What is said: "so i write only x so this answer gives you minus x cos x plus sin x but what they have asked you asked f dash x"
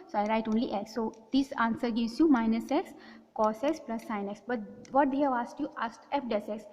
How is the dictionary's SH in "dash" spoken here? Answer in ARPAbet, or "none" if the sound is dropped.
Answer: S